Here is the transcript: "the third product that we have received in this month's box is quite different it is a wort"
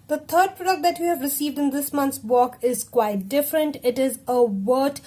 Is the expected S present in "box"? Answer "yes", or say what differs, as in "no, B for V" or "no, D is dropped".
no, S is dropped